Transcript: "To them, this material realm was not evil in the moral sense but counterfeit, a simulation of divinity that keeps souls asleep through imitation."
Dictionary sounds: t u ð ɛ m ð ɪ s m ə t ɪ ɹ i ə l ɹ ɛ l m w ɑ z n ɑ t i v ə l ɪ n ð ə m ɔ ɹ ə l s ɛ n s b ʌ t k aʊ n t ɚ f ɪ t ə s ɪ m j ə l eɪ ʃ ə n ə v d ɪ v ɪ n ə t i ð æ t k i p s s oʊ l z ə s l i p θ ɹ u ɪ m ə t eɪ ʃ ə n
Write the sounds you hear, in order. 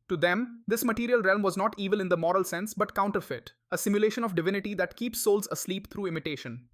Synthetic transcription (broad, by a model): t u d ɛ m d ɪ s m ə t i ɹ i ə l ɹ ɛ l m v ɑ z n ɑ t i v ə l ɪ n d ə m ɔ ɹ ə l s ɛ n s b ʌ t k aʊ n t ɚ f ɪ t ə s ɪ m j ə l eɪ ʃ ə n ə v d ɪ v ɪ n ə t i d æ t k i p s s oʊ l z ə s l i p t ɹ u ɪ m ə t eɪ ʃ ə n